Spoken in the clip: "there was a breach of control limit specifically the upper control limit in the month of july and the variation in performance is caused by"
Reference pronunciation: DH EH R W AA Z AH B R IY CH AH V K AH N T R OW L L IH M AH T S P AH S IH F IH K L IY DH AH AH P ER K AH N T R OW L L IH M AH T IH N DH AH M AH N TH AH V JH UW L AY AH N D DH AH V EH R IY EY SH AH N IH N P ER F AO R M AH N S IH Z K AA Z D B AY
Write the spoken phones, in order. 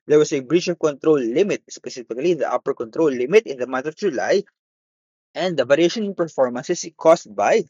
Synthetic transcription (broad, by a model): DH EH R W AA S AH B R IY CH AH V K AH N T R OW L L IH M AH T S P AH S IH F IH K L IY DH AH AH P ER K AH N T R OW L L IH M AH T IH N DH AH M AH N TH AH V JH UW L AY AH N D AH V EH R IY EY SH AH N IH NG P ER F AO R M AH N S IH S K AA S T B AY